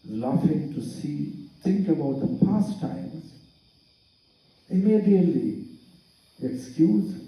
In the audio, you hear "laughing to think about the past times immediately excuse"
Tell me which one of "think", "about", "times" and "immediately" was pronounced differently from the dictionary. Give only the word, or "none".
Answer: think